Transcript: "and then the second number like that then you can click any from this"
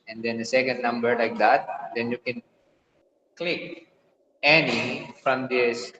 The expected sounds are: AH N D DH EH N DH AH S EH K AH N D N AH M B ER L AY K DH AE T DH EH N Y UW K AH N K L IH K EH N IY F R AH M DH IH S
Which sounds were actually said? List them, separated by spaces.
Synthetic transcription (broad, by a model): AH N D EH N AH S EH K AH N D N AH M B ER L AY K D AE T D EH N Y UW K AH N K L IH K EH N IY F R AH M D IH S